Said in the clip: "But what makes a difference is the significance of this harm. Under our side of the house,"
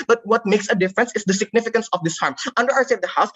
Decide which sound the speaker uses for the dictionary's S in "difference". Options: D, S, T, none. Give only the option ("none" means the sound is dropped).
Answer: S